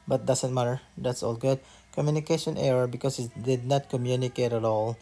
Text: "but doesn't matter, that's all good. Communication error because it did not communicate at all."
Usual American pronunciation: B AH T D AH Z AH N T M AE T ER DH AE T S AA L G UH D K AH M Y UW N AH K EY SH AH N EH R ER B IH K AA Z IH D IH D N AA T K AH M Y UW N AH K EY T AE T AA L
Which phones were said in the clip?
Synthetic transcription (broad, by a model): B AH T D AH S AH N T M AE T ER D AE T S AA L G UH D K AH M Y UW N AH K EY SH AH N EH R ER B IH K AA S IH D IH D N AA T K AH M Y UW N AH K EY T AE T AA L